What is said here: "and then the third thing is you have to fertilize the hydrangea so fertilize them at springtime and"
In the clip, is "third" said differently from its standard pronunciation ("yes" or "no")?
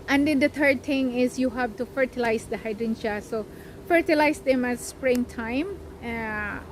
yes